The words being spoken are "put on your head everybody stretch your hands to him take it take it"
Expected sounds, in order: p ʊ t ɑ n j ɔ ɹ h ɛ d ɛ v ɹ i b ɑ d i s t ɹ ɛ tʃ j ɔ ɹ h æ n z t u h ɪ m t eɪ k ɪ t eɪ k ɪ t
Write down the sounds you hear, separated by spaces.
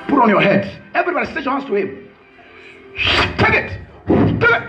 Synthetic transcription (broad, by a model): p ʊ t ɑ n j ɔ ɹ h ɛ d ɛ v ɹ i b ɑ d i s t ɛ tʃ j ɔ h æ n s t u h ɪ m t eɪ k ɪ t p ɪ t